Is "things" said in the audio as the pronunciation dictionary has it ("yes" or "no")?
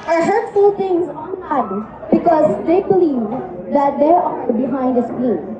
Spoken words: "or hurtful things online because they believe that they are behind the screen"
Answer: no